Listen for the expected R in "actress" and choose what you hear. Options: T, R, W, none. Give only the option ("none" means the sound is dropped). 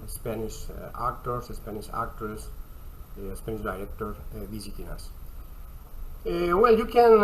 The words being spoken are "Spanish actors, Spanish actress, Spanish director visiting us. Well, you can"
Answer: none